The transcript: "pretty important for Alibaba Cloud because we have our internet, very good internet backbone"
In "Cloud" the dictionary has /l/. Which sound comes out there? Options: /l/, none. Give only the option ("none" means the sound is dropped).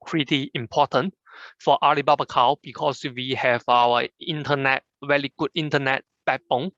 none